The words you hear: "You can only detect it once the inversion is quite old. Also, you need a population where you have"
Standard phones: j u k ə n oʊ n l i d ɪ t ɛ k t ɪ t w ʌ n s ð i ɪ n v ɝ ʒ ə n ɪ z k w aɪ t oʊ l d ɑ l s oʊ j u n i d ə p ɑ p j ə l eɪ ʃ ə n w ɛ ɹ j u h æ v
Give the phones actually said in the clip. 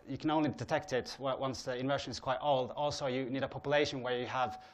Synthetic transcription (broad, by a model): j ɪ k ə n oʊ n l i d ɪ t ɛ k t ɪ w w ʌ n s ð i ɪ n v ɝ ʃ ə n ɪ z k w aɪ t oʊ l d ɑ l s oʊ j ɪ n i d ə p ɑ p j ə l eɪ ʃ ə n w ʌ ɹ j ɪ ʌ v